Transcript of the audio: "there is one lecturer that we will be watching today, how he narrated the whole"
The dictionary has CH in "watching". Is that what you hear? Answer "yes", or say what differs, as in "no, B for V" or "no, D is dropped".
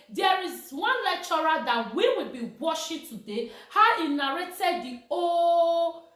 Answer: no, SH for CH